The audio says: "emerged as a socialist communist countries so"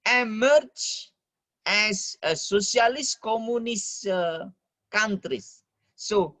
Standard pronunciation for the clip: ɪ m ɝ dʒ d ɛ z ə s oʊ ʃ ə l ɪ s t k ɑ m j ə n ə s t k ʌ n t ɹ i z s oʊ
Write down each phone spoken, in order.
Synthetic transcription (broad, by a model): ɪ m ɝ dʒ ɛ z ə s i ə l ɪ s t k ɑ m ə n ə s k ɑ n t ɹ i s oʊ